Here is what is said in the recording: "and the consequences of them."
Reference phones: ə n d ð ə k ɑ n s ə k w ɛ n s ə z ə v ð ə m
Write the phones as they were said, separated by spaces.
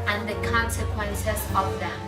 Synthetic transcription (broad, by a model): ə n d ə k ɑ n s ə k w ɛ n s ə s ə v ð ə